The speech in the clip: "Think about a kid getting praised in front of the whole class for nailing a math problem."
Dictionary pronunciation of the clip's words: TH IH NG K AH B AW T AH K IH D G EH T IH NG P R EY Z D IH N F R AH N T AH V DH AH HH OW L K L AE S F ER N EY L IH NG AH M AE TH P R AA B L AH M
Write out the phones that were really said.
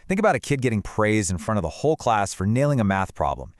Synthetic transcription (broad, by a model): TH IH NG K AH B AW T AH K IH D G EH T IH NG P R EY Z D IH N F R AH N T AH V DH AH HH OW L K L AE S F ER N EY L IH NG AH M AE TH P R AA B L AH M